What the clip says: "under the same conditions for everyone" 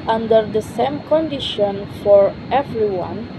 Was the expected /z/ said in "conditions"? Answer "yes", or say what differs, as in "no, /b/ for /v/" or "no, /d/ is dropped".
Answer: no, /z/ is dropped